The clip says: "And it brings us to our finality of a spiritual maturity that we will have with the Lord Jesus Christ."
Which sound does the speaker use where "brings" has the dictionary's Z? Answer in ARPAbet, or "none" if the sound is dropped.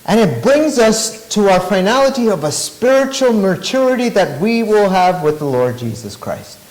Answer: Z